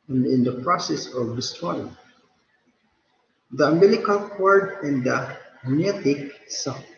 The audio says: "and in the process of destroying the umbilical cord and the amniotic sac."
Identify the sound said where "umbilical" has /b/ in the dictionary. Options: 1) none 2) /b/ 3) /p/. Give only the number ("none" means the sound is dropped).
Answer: 1